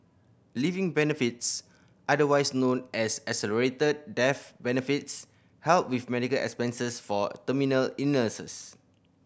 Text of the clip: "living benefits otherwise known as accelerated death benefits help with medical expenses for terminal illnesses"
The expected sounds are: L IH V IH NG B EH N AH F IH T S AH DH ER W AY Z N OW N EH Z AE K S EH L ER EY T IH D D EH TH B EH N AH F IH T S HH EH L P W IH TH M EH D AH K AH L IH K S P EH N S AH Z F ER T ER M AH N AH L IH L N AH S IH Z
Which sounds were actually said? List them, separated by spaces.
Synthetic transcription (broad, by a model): L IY V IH NG B EH N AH F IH T S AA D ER W AY S N OW N EH S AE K S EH L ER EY T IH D D EH F B EH N AH F IH T S HH EH L P W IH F M EH D AH K AH L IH K S P EH N S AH S F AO T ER M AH N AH L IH N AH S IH S